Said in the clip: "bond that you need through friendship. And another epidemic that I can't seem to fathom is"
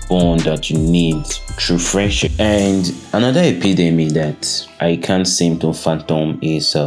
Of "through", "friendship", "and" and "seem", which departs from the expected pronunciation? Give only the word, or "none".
through